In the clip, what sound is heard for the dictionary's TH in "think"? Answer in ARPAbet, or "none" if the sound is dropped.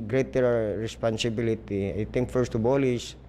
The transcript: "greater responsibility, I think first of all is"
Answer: T